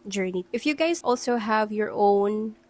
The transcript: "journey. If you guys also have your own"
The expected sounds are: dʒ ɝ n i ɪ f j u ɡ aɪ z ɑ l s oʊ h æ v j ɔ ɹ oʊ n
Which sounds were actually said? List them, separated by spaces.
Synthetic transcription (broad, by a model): dʒ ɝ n i ɪ f j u ɡ aɪ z ɑ l s oʊ h æ v j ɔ ɹ oʊ n